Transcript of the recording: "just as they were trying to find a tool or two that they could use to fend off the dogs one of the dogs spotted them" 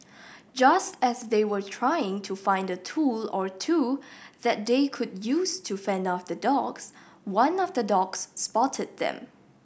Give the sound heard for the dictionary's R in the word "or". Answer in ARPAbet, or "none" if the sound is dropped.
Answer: R